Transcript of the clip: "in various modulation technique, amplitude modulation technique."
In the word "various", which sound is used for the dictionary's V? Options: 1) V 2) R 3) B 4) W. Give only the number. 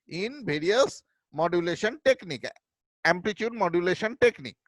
3